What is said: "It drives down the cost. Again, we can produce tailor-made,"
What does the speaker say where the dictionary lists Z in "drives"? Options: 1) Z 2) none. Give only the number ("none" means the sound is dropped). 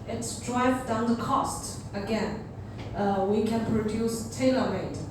2